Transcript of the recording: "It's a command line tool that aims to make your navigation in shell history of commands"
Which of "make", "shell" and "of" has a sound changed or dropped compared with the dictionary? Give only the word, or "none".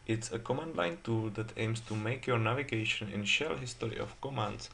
of